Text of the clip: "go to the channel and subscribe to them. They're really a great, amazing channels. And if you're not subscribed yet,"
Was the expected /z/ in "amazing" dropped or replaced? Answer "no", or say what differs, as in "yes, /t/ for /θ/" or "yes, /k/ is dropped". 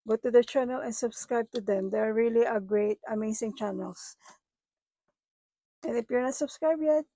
yes, /s/ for /z/